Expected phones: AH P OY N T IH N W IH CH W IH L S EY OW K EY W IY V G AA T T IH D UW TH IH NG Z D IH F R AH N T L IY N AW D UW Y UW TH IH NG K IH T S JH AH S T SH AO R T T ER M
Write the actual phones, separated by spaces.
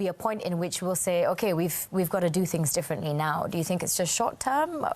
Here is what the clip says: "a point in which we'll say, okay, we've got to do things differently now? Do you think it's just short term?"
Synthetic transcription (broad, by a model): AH P OY N T IH N W IH CH W IH L S EY OW K EY W IY V G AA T T IH D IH TH IH NG Z D IH F R AH N T L IY N AW D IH Y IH TH IH NG K IH T S JH AH S T SH AO R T T ER M